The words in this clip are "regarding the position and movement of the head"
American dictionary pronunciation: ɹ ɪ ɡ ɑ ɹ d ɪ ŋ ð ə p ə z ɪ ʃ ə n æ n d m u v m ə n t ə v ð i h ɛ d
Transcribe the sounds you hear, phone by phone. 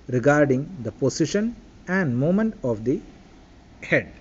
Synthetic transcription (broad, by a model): ɹ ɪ ɡ ɑ ɹ d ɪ ŋ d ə p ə s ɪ ʃ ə n æ n d m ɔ m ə n t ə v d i h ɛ d